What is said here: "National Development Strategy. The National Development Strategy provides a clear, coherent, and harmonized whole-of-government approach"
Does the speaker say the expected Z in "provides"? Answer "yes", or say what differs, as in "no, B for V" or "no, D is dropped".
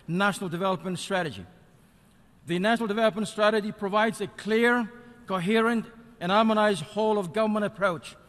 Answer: yes